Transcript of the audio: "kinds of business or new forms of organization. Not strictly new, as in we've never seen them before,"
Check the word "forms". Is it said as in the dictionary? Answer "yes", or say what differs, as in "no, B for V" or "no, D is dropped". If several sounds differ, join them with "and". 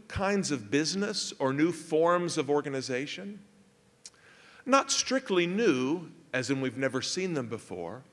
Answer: yes